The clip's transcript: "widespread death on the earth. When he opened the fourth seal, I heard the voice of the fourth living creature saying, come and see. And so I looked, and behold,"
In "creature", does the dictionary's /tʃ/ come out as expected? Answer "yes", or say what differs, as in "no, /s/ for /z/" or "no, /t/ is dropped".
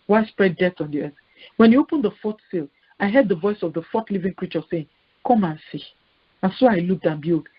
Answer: yes